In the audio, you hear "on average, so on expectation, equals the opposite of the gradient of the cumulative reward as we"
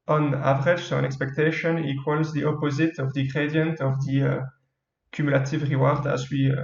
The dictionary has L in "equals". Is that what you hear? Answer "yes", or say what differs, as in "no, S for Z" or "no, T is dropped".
yes